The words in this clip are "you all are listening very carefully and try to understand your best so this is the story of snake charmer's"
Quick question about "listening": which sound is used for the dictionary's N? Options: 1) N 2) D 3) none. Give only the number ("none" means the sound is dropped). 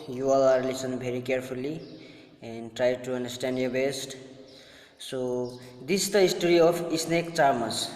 3